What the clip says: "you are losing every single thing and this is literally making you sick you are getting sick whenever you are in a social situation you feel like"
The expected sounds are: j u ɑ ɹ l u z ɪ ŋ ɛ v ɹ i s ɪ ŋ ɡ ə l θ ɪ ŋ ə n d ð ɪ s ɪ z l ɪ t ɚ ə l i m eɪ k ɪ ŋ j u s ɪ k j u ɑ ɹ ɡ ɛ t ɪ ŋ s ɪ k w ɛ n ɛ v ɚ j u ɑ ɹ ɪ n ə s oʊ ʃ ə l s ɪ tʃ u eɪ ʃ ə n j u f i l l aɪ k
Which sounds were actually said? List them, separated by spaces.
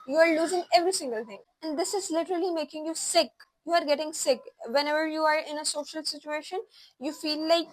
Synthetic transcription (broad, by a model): j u ɑ ɹ l u z ɪ ŋ ɛ v ɹ i s ɪ ŋ ɡ ə l t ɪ ŋ ə n d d ɪ s ɪ z l ɪ t ɚ ə l i m eɪ k ɪ ŋ j u s ɪ k j u ɑ ɹ ɡ ɛ t ɪ ŋ s ɪ k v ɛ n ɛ v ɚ j u ɑ ɹ ɪ n ə s oʊ ʃ ə l s ɪ tʃ u eɪ ʃ ə n j u f i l l aɪ k